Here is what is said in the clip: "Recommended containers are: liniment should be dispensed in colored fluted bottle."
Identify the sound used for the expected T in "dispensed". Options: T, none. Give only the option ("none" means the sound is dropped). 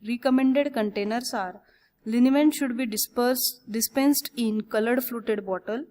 T